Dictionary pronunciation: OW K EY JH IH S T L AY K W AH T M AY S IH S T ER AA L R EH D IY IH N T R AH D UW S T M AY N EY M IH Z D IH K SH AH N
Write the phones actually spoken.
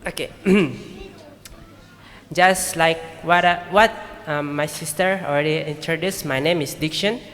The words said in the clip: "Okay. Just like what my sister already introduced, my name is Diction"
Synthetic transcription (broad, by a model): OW K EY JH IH S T L AY K W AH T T AY S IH S T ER AA L R EH D IY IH N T R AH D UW S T M AY N EY M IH S D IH K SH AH N